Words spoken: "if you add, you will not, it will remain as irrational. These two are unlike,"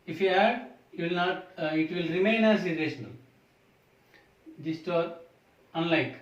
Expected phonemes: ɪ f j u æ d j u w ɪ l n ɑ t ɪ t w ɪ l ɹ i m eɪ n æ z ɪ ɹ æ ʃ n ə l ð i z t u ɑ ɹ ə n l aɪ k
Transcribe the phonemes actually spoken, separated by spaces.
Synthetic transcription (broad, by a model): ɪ f j u æ d j u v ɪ l n ɑ t ɪ t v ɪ l ɹ i m eɪ n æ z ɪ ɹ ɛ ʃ n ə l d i s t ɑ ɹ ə n l aɪ k